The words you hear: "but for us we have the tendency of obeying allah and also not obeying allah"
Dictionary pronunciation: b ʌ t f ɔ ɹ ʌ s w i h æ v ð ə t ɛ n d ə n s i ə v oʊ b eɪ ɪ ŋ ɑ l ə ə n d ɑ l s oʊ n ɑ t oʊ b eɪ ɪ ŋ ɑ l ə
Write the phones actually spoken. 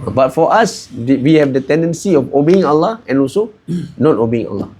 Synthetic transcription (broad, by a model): b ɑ t f ɔ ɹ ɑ s w i h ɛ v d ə t ɛ n d ə n s i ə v oʊ b eɪ ɪ ŋ ɑ l ə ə n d ɑ l s oʊ n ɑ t oʊ b eɪ ɪ ŋ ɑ l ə